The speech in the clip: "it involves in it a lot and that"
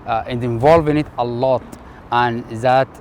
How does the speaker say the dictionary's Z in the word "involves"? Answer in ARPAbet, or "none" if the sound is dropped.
none